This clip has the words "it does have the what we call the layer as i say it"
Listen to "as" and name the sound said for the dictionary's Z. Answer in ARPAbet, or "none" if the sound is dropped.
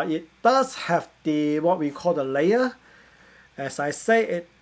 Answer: S